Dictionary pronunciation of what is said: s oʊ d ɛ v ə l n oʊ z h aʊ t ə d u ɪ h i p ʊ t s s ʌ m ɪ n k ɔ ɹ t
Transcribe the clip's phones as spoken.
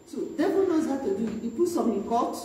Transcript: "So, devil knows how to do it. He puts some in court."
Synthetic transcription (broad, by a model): s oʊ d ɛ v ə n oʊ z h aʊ t ə d u ɪ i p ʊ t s s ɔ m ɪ k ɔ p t